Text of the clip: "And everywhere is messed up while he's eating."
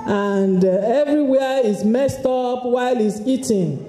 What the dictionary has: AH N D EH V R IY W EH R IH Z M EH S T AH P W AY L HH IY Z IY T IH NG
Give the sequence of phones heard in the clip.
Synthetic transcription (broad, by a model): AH N D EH V R IY W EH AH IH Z M EH S T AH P W AY L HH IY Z IY T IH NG